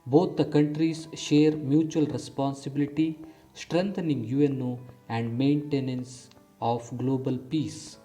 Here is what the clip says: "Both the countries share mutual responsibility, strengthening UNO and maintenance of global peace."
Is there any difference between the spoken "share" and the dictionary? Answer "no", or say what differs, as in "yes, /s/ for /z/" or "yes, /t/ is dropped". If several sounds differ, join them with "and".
no